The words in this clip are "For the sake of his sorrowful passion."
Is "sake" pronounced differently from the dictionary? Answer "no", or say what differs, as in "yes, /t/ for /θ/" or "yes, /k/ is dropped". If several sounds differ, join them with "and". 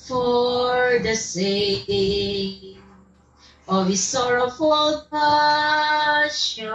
yes, /k/ is dropped